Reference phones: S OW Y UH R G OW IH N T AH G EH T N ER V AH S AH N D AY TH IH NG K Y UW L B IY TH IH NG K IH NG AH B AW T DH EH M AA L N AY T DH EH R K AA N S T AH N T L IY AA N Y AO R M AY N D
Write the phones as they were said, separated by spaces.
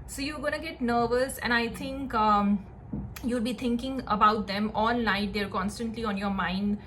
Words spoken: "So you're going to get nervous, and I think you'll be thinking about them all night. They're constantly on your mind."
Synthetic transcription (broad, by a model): S OW Y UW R G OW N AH G EH T N ER V AH S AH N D AY T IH NG K Y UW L B IY T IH NG K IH NG AH B AW T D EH M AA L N AY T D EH R K AA N S T AH N T L IY AA N Y AO R M AY N D